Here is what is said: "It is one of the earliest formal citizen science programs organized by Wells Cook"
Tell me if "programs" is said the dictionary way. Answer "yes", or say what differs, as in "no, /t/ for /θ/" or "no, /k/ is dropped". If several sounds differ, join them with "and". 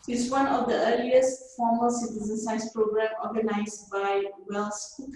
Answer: no, /z/ is dropped